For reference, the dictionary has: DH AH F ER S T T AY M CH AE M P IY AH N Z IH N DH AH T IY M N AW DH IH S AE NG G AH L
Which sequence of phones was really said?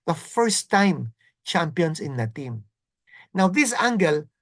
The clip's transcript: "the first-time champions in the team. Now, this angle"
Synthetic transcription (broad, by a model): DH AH F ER S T T AY M CH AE M P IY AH N S IH N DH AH T IY M N AW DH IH S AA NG G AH L